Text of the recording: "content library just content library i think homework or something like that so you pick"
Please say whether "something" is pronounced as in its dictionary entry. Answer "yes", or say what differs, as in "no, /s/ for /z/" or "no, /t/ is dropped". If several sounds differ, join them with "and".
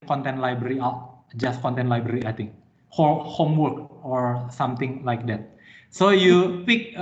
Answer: no, /t/ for /θ/